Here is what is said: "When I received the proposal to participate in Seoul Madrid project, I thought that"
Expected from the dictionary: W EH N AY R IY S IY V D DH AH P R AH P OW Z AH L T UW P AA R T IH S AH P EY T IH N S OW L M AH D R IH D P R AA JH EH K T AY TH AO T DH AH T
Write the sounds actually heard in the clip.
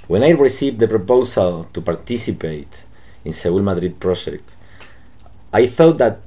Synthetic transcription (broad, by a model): W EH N AY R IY S IY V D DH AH P R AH P OW S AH L T UW P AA R T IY S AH P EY T IH N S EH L M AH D R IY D P R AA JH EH K T AY TH AO T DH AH T